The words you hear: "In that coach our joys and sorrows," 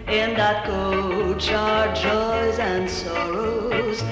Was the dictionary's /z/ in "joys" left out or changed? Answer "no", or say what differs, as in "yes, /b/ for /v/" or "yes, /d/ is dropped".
no